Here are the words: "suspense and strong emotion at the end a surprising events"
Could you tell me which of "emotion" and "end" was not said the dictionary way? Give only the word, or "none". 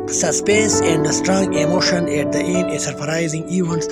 end